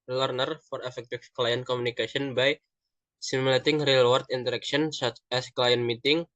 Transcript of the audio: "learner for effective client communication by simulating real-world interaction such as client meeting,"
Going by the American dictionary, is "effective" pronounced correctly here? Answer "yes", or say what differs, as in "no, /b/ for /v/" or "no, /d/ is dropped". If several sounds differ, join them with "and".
no, /f/ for /v/